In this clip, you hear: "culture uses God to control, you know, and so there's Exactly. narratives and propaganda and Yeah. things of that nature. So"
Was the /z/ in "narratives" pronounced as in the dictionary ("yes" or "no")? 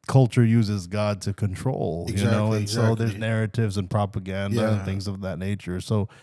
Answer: yes